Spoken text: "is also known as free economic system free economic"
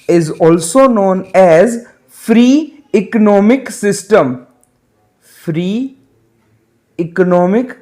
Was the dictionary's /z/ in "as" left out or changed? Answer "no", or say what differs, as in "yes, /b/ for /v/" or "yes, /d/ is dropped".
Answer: no